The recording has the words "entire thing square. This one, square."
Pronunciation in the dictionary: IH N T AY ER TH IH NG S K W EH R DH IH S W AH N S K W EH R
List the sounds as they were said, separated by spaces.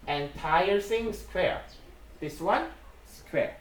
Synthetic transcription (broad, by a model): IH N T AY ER S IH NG S K W EH R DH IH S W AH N S K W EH R